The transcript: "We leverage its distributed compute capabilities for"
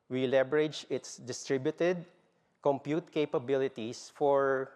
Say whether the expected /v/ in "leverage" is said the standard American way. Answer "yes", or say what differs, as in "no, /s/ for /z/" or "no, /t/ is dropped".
no, /b/ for /v/